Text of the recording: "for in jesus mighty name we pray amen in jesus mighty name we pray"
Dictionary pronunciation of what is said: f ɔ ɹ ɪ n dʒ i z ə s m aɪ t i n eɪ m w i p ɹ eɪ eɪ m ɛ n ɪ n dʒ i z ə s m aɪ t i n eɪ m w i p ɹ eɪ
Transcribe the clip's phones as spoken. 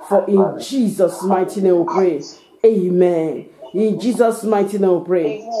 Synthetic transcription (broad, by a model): f ɔ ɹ ɪ n dʒ i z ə s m aɪ t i n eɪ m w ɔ p ɹ eɪ eɪ m ɛ n ɪ n dʒ i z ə s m aɪ t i n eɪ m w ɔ p ɹ eɪ